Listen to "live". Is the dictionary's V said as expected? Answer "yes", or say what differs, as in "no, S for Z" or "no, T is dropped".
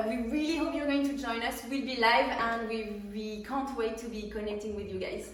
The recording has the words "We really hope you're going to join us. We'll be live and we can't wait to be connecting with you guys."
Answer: yes